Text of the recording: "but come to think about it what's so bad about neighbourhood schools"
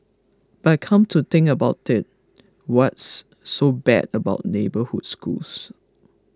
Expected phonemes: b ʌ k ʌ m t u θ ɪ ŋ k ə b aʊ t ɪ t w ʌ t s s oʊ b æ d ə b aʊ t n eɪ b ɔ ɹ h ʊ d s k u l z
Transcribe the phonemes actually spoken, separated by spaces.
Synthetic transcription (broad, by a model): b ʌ k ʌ m t u t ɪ ŋ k ə b aʊ t ɪ t w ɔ t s s oʊ b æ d ə b aʊ t n eɪ b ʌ h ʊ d s k u l s